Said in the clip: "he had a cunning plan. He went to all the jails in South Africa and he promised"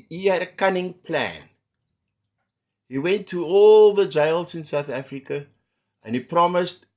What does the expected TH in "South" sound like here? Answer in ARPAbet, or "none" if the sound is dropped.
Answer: TH